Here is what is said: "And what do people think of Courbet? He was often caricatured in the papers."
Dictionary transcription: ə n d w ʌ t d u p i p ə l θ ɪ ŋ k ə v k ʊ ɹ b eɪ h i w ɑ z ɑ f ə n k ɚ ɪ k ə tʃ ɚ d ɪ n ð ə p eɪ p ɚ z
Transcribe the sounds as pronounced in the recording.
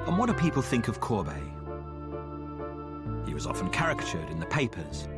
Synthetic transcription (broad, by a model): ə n w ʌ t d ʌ p i p ə l θ ɪ ŋ k ə v k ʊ b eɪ h i w ɑ z ɑ f ə n k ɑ ɪ k tʃ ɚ d ɪ n ð ə p eɪ p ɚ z